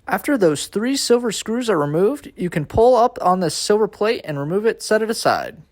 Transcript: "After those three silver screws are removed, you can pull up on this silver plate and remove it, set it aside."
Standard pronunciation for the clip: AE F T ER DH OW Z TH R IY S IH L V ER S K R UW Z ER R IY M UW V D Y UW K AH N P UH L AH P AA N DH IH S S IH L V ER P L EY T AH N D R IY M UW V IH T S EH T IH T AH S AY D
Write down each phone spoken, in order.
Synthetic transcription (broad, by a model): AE F T ER DH OW Z TH R IY S IH L V ER S K R UW Z ER R IY M UW V D Y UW K AH N P UH L AH P N DH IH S S IH L V ER P L EY T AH N R IY M UW V IH T S EH T IH T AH S AY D